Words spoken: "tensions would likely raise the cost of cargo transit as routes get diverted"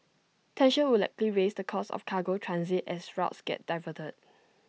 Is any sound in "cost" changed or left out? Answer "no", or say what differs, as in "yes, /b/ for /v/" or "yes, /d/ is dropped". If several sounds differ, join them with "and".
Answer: yes, /t/ is dropped